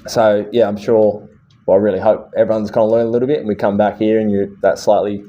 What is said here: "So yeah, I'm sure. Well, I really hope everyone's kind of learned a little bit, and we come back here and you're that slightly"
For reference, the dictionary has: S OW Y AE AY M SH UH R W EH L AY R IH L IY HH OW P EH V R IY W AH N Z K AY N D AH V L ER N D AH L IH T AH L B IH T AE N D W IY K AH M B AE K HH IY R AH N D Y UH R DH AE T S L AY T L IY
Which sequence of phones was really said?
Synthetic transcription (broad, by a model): S OW Y AE AY M SH UH R W EH L AY R IH L IY HH OW P EH V R IY W AH N Z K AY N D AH L ER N AH L IH T L B IH T N W IY K AH M B AE K HH IY R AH N Y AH R DH AE T S L AY T L IY